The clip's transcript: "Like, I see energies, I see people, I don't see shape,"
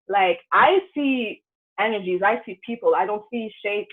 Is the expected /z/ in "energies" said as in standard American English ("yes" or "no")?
yes